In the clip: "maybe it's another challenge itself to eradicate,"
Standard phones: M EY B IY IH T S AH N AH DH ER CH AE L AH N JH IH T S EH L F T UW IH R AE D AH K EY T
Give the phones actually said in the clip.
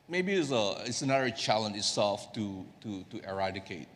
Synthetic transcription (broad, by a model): M EY B IY IH T S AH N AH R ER CH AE L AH N IH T S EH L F T UW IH R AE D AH K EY T